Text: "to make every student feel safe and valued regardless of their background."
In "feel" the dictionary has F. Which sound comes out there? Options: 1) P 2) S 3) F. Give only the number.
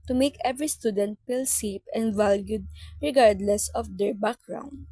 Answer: 1